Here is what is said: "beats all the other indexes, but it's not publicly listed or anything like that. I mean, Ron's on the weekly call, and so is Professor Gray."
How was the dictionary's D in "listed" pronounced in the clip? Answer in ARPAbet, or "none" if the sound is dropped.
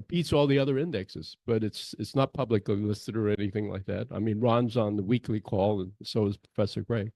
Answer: D